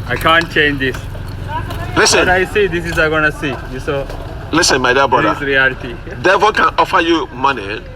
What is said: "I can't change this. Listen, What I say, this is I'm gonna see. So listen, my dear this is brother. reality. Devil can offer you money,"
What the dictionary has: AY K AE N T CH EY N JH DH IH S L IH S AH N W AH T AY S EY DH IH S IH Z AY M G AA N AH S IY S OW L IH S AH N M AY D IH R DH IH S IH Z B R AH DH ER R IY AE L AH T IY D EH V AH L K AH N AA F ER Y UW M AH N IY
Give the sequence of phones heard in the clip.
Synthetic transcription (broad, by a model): AY K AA N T CH EY N JH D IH S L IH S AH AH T AY S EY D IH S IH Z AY G AA N AH S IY S OW L IH S AH N M AY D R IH IH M B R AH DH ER R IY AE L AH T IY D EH F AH K AH N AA F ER Y UW M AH N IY